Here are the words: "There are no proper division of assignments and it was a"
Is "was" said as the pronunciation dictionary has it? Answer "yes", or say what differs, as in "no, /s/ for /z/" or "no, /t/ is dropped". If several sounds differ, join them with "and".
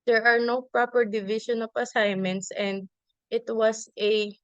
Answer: no, /s/ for /z/